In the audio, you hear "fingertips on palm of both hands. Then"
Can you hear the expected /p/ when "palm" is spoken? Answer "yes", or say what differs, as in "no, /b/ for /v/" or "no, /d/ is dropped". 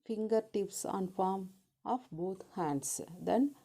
no, /f/ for /p/